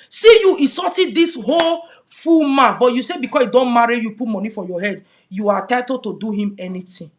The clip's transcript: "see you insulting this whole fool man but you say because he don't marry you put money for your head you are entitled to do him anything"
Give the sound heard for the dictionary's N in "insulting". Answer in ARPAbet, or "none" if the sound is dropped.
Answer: none